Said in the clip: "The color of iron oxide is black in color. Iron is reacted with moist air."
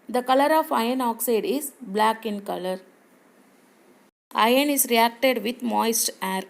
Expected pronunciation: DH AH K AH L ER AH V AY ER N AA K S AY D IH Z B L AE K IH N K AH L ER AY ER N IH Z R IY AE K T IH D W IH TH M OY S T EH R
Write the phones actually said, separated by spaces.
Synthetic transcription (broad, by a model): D AH K AH L ER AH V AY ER N AA K S AY D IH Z B L AE K IH N K AH L ER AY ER N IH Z R IY AE K T IH D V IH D M OY S T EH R